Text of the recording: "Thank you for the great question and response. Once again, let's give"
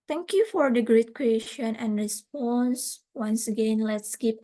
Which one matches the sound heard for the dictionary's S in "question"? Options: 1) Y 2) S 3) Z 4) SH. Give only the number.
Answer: 4